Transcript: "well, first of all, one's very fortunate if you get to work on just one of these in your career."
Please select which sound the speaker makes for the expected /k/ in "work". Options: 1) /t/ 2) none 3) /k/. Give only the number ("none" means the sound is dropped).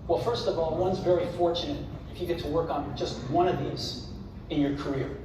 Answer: 3